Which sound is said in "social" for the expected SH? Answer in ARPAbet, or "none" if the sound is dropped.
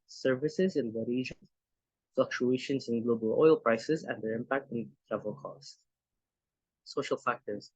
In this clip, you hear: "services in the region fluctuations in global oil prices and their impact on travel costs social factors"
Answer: SH